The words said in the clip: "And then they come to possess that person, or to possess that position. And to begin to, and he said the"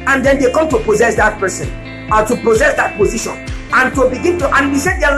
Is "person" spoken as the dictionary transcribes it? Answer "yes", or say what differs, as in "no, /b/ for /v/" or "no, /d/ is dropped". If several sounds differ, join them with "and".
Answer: yes